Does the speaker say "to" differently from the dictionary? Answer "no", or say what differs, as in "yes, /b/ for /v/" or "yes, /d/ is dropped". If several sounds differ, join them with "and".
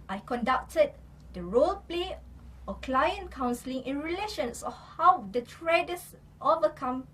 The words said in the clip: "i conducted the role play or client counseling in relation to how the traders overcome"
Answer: yes, /s/ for /t/